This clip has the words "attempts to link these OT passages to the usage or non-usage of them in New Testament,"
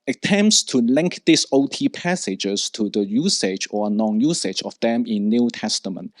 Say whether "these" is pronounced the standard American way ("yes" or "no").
no